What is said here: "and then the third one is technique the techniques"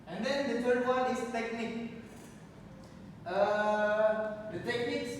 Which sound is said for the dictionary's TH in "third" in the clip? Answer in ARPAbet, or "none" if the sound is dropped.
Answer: F